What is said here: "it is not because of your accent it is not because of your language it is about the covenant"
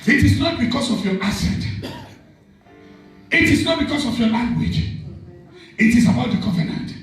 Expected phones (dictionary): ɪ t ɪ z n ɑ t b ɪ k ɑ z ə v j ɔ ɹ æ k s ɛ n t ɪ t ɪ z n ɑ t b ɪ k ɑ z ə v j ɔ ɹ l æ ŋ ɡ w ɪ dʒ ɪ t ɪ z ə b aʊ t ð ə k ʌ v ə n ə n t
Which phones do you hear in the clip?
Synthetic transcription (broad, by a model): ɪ t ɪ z n ɑ t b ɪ k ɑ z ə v j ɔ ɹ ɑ s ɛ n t ɪ t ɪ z n ɑ t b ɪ k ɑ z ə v j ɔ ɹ l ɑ ŋ ɡ w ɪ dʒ ɪ t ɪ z ə b aʊ t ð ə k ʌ v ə n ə n t